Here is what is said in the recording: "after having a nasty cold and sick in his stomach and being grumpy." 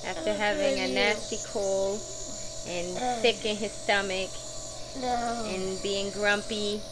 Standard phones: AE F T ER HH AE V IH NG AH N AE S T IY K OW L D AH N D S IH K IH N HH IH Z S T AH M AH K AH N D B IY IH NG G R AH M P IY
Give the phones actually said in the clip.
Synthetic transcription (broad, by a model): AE F T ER HH AE V IH NG AH N AE S T IY K OW L AH N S S IH K IH N IH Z S T AH M AH K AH N B IY IH NG G R AH M P IY